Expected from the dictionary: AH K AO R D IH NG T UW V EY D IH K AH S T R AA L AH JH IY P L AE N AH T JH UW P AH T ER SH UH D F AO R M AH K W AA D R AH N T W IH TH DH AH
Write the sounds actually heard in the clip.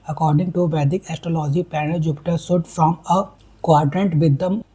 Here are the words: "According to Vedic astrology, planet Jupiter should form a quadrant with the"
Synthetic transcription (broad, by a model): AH K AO R D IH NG T UW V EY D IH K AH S T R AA L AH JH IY P AE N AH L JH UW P T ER S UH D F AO M AH K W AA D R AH N T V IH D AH